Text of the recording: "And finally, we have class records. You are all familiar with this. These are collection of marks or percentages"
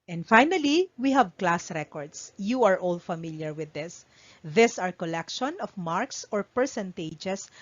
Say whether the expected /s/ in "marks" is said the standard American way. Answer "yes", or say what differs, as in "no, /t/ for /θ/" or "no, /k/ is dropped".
yes